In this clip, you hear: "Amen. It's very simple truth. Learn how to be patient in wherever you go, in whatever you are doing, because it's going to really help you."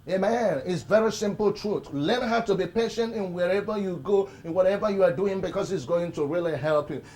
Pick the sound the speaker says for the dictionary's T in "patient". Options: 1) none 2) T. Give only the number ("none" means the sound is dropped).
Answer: 2